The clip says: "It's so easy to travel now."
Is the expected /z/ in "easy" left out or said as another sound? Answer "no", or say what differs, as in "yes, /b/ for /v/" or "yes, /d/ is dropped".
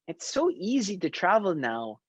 no